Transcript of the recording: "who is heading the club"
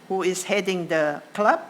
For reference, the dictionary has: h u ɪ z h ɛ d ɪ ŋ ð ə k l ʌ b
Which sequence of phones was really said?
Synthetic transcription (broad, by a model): h u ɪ s h ɛ d ɪ ŋ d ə k l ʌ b